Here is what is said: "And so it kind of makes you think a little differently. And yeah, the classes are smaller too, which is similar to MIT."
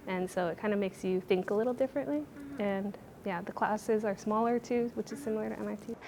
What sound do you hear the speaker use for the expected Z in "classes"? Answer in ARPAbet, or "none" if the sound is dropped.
Z